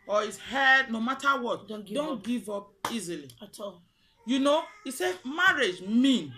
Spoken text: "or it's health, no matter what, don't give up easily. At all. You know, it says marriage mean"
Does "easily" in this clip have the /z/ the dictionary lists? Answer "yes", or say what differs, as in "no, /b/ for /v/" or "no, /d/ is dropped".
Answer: yes